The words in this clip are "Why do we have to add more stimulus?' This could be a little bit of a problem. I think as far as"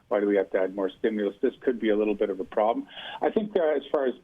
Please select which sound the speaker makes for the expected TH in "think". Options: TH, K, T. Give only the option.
TH